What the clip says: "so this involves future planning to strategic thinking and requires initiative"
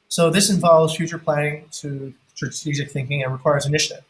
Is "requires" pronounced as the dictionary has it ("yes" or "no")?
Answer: yes